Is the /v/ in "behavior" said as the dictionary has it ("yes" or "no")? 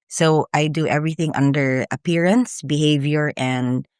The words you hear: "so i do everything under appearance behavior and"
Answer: yes